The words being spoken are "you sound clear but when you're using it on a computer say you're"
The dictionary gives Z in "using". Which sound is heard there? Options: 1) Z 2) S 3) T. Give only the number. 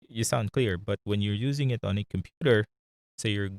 1